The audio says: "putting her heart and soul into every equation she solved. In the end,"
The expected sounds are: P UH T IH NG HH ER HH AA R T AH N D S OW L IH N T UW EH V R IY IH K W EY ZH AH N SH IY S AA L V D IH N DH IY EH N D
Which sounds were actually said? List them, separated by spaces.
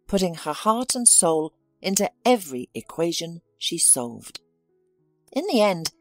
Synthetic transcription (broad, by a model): P UH T IH NG ER HH AA R T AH N S OW L IH N T UW EH V R IY IH K W EY ZH AH N SH IY S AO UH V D IH N DH IY EH N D